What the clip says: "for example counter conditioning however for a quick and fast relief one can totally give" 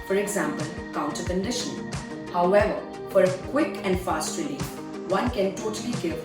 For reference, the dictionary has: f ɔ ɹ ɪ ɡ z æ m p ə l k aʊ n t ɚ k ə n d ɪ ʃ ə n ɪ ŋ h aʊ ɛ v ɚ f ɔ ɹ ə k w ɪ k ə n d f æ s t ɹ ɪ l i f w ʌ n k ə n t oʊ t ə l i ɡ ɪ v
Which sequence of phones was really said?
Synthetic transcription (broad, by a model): f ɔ ɹ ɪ ɡ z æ m p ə l k aʊ n t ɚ k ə n d ɪ ʃ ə n h aʊ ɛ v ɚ f ɔ ɹ ə k w ɪ k ə n d f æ s t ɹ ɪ i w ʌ n k ə n t oʊ t ə l i ɡ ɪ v